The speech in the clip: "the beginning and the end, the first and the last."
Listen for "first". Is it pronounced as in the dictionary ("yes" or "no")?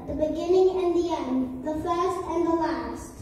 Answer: yes